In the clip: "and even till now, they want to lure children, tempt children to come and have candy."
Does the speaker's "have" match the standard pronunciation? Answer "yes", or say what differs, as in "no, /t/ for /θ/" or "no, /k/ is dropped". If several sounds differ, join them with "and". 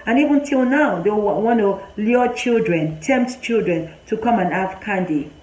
no, /f/ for /v/